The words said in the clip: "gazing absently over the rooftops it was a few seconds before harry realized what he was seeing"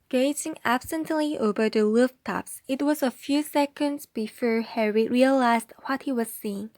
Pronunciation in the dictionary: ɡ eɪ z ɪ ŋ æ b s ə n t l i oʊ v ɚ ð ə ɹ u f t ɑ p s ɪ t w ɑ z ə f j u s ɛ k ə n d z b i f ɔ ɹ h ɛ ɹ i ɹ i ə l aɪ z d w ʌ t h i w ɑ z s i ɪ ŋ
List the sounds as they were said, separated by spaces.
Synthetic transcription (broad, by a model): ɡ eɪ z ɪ ŋ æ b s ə n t l i oʊ v ɚ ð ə l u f t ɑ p s ɪ t w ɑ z ə f j u s ɛ k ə n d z b i f ɔ ɹ h ɛ ɹ i ɹ i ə l aɪ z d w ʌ t h i w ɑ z s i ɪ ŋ